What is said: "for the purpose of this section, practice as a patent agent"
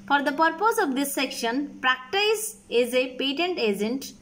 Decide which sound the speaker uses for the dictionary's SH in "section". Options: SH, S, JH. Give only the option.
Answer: SH